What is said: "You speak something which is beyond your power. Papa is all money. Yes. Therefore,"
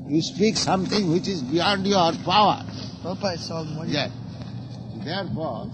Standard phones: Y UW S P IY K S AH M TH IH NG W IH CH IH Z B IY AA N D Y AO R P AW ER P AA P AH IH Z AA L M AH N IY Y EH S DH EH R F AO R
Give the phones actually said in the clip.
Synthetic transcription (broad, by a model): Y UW S P IY K S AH M T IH NG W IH CH IH Z B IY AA N D Y AO R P P AA AH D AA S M Y EH S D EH R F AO R